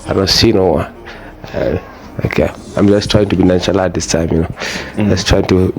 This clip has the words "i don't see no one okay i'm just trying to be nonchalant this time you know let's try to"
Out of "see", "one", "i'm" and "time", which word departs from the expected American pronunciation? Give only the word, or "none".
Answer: one